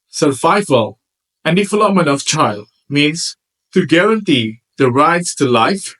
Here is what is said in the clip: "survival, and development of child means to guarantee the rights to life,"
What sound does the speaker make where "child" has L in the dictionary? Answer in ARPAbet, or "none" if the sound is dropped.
L